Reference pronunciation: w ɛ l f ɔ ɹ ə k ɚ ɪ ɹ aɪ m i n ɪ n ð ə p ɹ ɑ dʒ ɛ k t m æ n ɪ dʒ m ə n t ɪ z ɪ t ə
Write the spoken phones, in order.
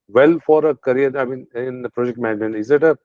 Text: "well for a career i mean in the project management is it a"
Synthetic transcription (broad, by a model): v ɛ l f ɔ ɹ ə k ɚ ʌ ɹ aɪ m i n ɪ n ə p ɹ ɑ dʒ ɛ k t m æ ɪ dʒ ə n ɪ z ɪ t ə